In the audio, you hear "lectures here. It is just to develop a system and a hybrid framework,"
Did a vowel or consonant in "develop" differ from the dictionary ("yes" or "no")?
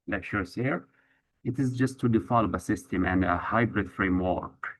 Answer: yes